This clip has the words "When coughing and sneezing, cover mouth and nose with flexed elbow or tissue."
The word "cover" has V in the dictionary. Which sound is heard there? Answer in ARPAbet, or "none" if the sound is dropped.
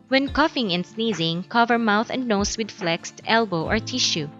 V